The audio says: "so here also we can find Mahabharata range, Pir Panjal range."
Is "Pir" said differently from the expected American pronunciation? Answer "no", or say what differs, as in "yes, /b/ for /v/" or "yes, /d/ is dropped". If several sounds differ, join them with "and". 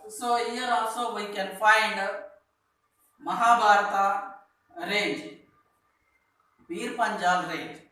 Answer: yes, /b/ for /p/